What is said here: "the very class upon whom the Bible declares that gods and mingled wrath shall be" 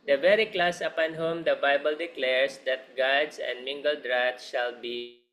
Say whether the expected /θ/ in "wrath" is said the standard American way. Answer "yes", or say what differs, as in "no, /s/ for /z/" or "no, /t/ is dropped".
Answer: no, /t/ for /θ/